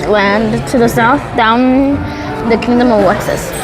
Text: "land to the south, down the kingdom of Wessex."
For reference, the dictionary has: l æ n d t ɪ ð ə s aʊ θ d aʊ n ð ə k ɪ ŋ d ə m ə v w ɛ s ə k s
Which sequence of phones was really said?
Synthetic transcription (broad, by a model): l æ n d t ɪ ð ə s aʊ θ d aʊ n ð ə k ɪ ŋ d ə m ə v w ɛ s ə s